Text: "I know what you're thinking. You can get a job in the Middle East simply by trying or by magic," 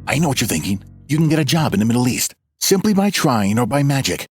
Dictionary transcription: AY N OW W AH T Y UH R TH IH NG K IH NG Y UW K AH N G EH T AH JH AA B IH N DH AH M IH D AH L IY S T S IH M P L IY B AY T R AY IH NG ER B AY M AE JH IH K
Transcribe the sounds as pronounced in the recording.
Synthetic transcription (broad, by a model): AY N OW W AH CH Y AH R TH IH NG K IH NG Y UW K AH N G EH T AH JH AA B IH N DH AH M IH D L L IY S T S IH M P L IY B AY T R AY IH NG ER B AY M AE JH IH K